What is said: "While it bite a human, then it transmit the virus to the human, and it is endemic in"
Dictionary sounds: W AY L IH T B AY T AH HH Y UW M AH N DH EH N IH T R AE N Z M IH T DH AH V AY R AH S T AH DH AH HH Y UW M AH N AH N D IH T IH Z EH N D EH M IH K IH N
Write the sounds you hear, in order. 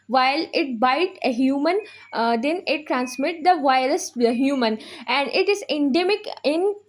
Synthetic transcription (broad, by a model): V AY L IH T B AY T AH HH Y UW M AH N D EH N IH T R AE N S M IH T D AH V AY AH T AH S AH HH Y UW M AH N AH N D IH T IH Z EH N D EH M IH K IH N